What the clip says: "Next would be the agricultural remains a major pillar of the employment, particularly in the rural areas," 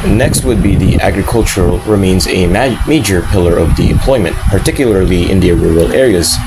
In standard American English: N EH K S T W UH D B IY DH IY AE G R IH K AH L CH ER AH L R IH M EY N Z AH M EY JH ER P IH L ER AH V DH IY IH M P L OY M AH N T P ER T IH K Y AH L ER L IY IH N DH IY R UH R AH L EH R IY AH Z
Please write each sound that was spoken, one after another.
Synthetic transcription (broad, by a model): N EH K S T W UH D B IY DH IY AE G R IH K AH L CH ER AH L R IH M EY N Z AH M EY JH ER P IH L ER AH V DH IY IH M P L OY M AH N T P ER T IH K Y L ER L IY IH N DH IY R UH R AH L EH R IY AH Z